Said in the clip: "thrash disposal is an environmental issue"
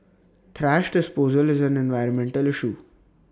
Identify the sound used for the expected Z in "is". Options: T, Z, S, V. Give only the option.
Z